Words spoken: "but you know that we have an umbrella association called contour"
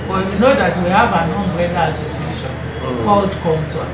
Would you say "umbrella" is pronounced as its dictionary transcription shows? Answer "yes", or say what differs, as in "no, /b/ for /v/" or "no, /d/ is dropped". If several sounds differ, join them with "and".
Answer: no, /ɹ/ is dropped